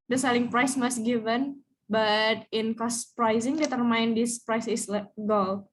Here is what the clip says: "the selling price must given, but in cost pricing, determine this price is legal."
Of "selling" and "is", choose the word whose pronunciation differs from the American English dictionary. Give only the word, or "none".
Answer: is